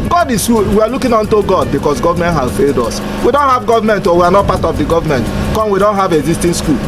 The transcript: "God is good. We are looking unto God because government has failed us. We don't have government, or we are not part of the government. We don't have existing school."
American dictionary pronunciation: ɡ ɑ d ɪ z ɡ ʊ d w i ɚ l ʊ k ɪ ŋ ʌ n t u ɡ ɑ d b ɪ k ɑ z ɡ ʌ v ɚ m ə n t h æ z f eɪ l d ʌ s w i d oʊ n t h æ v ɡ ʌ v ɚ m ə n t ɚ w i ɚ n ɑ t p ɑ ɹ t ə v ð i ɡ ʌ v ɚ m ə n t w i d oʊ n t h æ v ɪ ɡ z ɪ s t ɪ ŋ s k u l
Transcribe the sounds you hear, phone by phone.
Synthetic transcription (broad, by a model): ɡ ɑ d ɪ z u w i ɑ l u k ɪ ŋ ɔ n t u ɡ ɑ d b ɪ k ɑ s ɡ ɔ v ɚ m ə n t h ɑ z f eɪ l d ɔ s w i d oʊ n t h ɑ v ɡ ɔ v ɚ m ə n t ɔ w i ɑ n ɑ t p ɑ t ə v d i ɡ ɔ v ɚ m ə n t w i d oʊ n t h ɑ v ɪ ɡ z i s t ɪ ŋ s k u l